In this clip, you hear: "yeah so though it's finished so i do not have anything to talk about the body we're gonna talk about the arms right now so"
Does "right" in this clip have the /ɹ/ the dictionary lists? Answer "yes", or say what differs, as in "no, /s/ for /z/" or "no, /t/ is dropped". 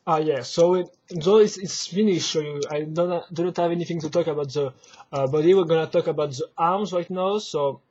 yes